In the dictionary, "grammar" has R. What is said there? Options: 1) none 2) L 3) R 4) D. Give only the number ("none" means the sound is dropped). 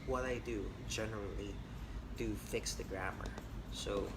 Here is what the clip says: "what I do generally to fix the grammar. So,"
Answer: 3